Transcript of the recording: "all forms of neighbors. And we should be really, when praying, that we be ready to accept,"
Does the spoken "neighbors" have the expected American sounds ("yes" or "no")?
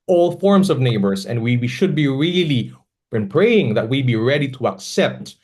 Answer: no